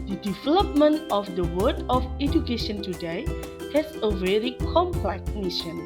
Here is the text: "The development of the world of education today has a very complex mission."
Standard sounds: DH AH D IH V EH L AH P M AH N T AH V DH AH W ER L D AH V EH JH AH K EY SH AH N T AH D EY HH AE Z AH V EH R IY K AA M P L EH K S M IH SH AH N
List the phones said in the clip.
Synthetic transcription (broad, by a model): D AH D IH V EH L AH P M AH N T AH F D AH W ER D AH F EH JH AH K EY SH AH N T AH D EY HH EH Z AH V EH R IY K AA M P L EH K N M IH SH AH N